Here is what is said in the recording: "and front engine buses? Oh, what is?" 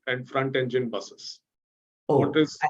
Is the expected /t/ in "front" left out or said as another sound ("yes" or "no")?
no